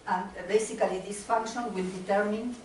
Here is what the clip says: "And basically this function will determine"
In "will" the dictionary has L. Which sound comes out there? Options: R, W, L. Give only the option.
L